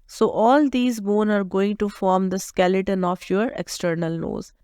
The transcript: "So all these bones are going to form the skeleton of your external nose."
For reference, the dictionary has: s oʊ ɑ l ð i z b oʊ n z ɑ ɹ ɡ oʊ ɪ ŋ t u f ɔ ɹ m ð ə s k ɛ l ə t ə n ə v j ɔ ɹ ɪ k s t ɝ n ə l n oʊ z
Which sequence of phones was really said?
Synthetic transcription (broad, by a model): s oʊ ɑ l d i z b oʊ n ɑ ɹ ɡ oʊ ɪ ŋ t u f ɔ ɹ m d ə s k ɛ l ə t ə n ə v j ɔ ɹ ɪ k s t ɝ n ə l oʊ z